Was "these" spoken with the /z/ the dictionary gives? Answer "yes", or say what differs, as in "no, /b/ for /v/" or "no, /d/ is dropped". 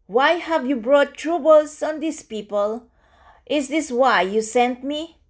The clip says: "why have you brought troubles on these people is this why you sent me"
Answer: no, /s/ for /z/